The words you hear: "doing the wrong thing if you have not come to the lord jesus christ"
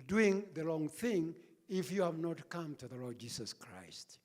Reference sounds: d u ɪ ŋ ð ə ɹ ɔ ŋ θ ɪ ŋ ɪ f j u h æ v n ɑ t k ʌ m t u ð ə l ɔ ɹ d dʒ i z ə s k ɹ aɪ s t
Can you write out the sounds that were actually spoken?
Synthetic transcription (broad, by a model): d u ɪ ŋ ð ə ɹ ɔ ŋ θ ɪ ŋ ɪ f j u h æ v n ɑ t k ʌ m t u ð ə l ɔ ɹ d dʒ i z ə s k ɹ aɪ s t